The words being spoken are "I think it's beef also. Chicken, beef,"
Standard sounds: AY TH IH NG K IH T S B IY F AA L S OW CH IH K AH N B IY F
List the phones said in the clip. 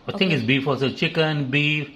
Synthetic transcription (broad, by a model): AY T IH NG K IH T S B IY F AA S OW CH IH K AH N B IY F